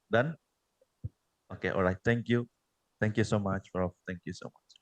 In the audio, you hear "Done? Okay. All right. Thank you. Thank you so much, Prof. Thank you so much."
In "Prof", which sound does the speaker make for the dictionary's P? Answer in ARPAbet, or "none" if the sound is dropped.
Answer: F